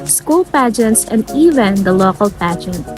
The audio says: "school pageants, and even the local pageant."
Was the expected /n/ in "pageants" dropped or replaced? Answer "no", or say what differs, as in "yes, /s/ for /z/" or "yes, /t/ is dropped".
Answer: no